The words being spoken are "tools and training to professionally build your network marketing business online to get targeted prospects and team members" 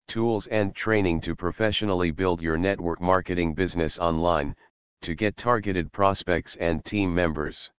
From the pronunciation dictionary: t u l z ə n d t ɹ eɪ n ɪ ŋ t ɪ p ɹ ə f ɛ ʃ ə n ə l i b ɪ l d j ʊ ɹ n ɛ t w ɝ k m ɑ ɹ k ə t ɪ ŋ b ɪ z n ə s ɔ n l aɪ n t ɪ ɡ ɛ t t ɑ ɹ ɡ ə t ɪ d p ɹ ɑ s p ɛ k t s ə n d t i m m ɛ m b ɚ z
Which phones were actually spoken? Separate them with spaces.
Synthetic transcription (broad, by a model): t u l z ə n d t ɹ eɪ n ɪ ŋ t ɪ p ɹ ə f ɛ ʃ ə n l i b ɪ l d j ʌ ɹ n ɛ t w ɝ k m ɑ ɹ k ə t ɪ ŋ b ɪ z n ə s ɔ n l aɪ n t ɪ ɡ ɛ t t ɑ ɹ ɡ ə t ɪ d p ɹ ɑ s p ɛ k t s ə n t i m m ɛ m b ɚ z